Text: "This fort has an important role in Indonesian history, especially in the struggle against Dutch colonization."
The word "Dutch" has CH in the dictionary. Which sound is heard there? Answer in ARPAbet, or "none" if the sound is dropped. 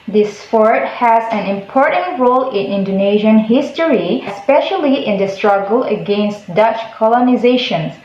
CH